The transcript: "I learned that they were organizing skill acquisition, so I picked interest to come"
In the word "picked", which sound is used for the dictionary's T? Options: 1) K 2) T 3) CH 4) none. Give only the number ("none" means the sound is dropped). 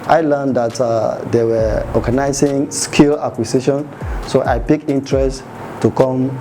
4